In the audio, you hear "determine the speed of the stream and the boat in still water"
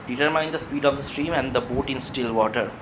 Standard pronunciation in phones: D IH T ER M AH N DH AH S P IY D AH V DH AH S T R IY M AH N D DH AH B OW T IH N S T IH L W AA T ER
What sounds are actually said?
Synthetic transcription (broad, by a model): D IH T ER M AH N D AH S P IY D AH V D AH S T R IY M AH N D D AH B OW T IH N S T IH L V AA T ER